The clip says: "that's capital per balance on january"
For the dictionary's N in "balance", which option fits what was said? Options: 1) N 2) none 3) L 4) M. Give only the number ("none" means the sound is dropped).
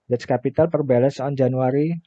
2